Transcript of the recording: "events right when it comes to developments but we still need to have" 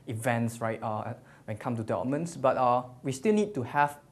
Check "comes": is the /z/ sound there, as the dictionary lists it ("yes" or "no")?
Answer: no